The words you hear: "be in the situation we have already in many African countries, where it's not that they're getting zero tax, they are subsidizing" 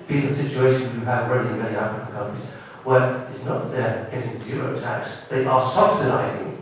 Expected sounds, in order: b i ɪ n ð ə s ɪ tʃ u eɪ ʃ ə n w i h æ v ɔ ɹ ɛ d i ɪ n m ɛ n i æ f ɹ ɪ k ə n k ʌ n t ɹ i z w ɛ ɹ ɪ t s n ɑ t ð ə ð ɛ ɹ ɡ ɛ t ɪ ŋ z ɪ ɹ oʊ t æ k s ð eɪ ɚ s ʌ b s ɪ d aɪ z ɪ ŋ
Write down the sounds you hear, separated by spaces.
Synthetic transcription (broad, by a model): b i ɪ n ð ə s ɪ tʃ u eɪ ʃ ə n w i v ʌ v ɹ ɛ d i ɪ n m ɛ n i æ f ɹ ɪ k ə n k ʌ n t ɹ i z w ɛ ɪ t s n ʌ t ð ə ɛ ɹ ɡ ɛ t ɪ ŋ z ɪ ɹ oʊ t æ k s ð eɪ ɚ s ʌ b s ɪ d aɪ z ɪ ŋ